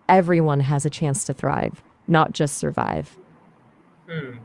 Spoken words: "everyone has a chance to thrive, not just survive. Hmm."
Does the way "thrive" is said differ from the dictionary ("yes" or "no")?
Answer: no